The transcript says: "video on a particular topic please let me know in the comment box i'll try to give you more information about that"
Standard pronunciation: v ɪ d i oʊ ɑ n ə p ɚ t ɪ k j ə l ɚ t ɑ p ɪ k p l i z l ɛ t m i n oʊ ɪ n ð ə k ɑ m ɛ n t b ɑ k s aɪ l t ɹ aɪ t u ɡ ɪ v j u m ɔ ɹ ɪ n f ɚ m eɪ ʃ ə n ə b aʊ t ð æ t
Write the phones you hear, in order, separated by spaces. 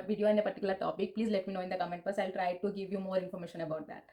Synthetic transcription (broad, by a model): v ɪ d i oʊ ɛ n ə p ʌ t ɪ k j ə l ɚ t ɑ p ɪ k p l i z l ɛ t m i n oʊ ɪ n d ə k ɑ m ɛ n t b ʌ s aɪ l t ɹ aɪ t u ɡ ɪ v j u m ɔ ɹ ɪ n f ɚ m eɪ ʃ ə n ə b aʊ t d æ t